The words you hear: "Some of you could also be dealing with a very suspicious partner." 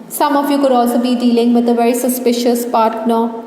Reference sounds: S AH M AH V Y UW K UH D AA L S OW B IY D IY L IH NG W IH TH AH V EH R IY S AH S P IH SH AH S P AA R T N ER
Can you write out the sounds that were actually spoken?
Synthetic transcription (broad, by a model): S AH M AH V Y UW K UH D AA L S OW B IY D IY L IH NG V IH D AH V EH R IY S AH S P IH SH AH S P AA R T N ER